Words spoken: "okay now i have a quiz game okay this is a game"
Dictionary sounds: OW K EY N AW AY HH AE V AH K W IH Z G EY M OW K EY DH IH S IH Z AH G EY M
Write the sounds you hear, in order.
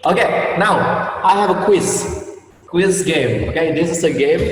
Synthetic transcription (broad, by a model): OW K EY N AW AY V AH W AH K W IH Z G EY M OW K EY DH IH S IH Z AH G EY M